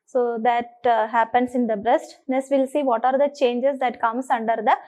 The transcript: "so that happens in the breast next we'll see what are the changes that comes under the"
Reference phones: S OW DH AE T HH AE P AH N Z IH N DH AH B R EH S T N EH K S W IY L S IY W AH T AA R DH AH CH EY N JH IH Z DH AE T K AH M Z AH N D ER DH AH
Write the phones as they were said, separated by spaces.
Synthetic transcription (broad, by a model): S OW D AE T HH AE P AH N S IH N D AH B R EH S T N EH S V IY L S IY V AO T AA R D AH CH EY N JH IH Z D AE T K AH M S AH N D ER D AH